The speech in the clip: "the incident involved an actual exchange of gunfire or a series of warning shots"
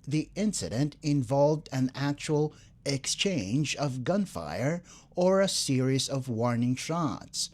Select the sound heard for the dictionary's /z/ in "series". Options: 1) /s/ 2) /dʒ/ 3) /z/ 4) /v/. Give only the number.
3